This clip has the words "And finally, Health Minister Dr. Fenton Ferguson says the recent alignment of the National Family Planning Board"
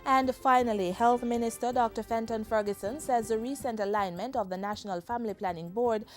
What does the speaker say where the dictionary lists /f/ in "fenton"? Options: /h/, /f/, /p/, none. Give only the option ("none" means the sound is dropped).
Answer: /f/